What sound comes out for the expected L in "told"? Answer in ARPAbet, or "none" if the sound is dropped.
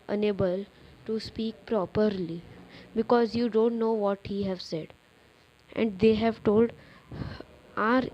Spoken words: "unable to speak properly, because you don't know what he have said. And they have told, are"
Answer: L